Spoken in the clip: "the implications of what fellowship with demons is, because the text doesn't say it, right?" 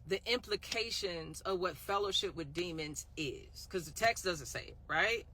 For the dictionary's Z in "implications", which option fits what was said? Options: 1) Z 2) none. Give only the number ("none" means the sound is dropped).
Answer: 1